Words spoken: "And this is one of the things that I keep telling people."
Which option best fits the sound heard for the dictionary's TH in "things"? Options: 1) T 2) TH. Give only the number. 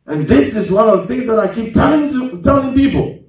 2